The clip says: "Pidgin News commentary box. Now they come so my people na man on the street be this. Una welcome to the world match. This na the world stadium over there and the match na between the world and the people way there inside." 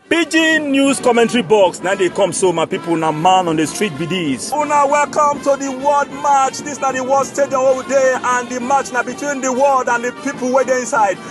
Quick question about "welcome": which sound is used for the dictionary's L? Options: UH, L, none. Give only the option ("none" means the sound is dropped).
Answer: L